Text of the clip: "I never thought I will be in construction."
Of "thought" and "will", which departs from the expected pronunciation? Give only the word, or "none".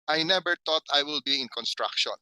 thought